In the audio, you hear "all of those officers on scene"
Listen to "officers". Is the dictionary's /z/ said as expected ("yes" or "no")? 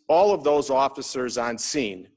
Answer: yes